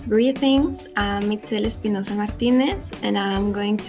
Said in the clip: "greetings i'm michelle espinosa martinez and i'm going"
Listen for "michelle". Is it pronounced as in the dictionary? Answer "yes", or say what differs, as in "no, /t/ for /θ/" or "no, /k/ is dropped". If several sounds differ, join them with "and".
no, /s/ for /ʃ/